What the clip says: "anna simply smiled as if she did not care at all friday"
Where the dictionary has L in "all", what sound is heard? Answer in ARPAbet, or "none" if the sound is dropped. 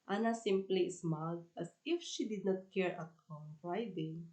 N